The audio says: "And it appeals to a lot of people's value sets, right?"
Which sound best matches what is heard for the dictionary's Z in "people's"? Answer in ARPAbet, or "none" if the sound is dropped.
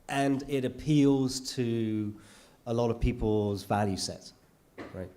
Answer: Z